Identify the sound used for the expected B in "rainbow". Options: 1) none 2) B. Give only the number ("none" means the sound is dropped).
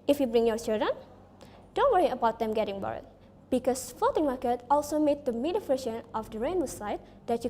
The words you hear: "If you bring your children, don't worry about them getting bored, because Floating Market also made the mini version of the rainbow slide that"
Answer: 1